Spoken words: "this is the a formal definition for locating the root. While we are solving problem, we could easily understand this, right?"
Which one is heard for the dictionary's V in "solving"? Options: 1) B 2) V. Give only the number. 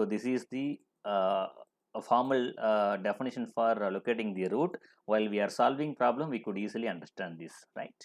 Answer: 2